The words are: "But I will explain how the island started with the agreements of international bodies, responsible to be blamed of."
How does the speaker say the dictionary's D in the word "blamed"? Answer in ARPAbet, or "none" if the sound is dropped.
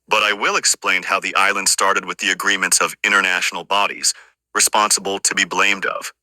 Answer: D